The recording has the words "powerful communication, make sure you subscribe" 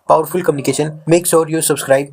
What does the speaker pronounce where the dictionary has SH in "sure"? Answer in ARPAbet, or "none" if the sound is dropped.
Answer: S